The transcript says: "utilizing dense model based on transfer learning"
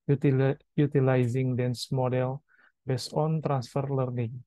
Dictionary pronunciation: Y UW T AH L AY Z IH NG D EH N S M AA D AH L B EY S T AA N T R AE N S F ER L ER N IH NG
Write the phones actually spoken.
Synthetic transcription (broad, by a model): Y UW T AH L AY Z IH NG D EH N S M AA D AH L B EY S AA N T R AE N S F ER L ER N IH NG